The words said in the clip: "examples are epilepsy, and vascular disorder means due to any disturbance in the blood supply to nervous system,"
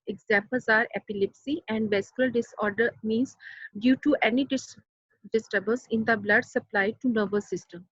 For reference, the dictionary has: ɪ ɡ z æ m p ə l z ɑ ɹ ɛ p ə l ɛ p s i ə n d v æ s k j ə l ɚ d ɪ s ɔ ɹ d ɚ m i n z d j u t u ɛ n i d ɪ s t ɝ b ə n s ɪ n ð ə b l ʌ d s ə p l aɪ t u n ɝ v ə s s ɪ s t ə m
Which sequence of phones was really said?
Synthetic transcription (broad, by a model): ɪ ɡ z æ m p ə l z ɑ ɹ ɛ p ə l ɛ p s i ə n d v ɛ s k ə l d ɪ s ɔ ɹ d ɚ m i n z d j u t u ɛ n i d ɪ s t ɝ b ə l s ɪ n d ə b l ʌ d s ə p l aɪ t u n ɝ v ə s s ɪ s t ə m